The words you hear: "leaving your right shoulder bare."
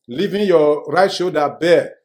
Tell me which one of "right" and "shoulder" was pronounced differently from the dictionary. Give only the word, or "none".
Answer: shoulder